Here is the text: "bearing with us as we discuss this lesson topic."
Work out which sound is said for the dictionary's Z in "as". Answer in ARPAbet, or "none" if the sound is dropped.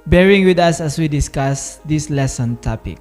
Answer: S